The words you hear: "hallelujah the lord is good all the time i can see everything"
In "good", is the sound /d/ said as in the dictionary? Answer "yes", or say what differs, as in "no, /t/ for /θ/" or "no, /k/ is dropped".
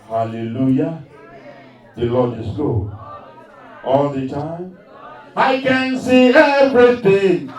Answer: no, /d/ is dropped